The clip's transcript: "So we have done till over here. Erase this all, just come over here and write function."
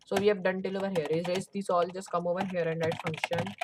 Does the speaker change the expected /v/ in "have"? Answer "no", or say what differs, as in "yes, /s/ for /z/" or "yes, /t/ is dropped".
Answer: yes, /p/ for /v/